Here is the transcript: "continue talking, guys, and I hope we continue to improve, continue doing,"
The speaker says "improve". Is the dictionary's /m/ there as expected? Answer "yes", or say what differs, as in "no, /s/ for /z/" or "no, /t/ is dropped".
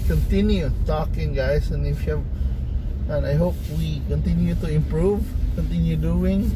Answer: yes